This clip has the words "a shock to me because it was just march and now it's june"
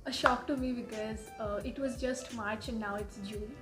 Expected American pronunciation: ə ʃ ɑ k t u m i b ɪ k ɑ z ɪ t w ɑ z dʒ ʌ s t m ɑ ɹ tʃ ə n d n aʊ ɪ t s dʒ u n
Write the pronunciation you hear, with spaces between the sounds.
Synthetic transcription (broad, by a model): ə ʃ ɑ k t u m i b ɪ k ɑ z ɪ t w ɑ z dʒ ʌ s t m ɑ ɹ tʃ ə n n aʊ ɪ t s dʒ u